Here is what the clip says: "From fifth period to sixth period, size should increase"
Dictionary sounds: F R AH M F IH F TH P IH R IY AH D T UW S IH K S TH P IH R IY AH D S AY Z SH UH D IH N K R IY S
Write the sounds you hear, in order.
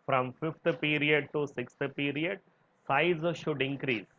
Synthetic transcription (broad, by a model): F R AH M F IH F T P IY R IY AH D T UW S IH K S T P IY R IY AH D S AY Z SH UH D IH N K R IY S